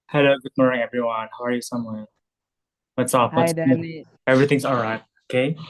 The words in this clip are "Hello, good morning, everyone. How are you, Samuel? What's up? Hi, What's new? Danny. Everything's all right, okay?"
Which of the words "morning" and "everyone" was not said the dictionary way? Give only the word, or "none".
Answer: morning